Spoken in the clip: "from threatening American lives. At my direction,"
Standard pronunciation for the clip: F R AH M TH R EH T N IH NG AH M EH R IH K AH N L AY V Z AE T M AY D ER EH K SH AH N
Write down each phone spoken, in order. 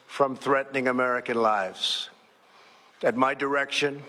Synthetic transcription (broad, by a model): F R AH M TH R EH T N IH NG AH M EH R IH K AH N L AY V Z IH T M AY D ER EH K SH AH N